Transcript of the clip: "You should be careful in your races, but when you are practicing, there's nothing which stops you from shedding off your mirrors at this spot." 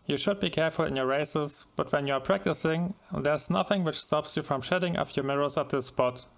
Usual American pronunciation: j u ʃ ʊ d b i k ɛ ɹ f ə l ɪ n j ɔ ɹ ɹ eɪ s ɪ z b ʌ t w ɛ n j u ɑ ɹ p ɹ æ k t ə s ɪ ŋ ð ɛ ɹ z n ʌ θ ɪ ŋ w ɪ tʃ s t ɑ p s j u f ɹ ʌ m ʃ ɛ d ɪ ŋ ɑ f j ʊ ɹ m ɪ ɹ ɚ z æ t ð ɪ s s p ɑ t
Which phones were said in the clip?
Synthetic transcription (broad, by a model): j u ʃ ʊ d b i k ɛ ɹ f ə l ɪ n j ɔ ɹ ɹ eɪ s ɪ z b ʌ t w ɛ n j u ɑ ɹ p ɹ æ k t ə s ɪ ŋ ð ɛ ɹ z n ʌ θ ɪ ŋ w ɪ tʃ s t ɑ p s j u f ɹ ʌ m ʃ ɛ d ɪ ŋ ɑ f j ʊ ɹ m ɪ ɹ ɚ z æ t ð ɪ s s p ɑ t